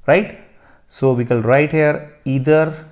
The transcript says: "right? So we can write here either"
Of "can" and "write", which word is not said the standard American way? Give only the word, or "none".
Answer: can